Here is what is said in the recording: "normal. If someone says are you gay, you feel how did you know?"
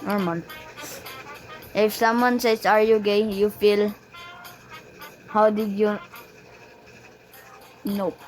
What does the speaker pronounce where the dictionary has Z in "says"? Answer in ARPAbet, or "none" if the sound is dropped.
S